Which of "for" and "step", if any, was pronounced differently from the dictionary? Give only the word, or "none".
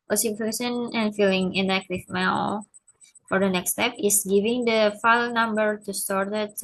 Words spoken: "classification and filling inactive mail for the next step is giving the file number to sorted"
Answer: none